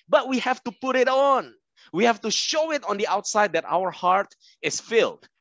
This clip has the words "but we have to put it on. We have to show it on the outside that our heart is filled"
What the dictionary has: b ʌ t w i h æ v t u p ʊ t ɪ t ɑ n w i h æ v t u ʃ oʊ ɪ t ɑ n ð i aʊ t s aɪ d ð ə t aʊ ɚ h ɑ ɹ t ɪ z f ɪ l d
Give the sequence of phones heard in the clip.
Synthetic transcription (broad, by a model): b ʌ t w i h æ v t u p ʊ t ɪ t ɑ n w i h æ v t u ʃ oʊ ɪ t ɑ n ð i aʊ t s aɪ d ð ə t aʊ ɚ h ɑ ɹ t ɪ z f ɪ l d